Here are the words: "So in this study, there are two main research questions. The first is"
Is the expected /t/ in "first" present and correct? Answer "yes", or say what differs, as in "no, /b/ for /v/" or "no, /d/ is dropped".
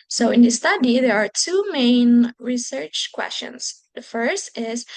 yes